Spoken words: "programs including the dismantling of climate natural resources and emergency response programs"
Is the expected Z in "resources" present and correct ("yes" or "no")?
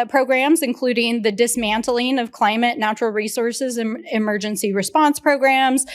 yes